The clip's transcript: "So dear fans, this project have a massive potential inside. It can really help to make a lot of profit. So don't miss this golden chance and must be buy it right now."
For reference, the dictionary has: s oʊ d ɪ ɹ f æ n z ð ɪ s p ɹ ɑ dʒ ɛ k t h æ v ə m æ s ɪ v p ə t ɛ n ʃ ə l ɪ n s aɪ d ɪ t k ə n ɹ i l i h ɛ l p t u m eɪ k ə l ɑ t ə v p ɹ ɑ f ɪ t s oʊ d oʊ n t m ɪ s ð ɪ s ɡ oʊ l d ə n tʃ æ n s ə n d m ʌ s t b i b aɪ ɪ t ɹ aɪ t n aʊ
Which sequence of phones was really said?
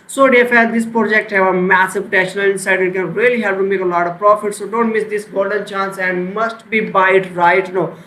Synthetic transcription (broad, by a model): s oʊ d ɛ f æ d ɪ s p ɹ ɑ dʒ ɛ k t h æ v ə m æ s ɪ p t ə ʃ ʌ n ə l ɪ n s aɪ d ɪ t k ə n ɹ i l i h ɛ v t u m eɪ k ə l ɑ t ə v p ɹ ɑ f ɪ t s oʊ d oʊ n t m ɪ s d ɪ s ɡ oʊ l d ə n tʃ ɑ n s ə n d m ʌ s t b i b aɪ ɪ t ɹ aɪ t n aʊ